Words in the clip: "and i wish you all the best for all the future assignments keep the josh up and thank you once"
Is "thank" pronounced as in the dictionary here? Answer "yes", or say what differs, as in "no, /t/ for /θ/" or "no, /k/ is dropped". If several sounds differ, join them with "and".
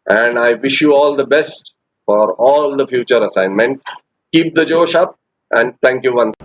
no, /t/ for /θ/